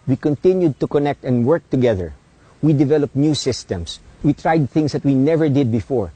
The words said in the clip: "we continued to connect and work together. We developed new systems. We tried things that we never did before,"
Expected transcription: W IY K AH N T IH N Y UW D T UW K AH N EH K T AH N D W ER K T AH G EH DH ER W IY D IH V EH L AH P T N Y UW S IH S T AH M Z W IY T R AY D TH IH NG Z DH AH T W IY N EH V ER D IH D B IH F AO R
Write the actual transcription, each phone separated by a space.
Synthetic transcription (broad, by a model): W IY K AH N T IH N Y UW D T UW K AH N EH K T AH N D W ER K T AH G EH DH ER W IY D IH V EH L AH P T N Y UW S IH S T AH M S W IY T R AY D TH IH NG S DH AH T W IY N EH V ER D IH D B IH F AO R